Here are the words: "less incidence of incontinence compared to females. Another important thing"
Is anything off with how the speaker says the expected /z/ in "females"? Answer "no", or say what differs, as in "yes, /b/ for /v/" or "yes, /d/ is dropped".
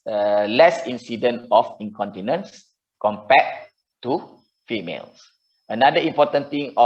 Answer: yes, /s/ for /z/